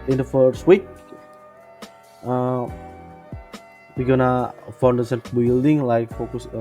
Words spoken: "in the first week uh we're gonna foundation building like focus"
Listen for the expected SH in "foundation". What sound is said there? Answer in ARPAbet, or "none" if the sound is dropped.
S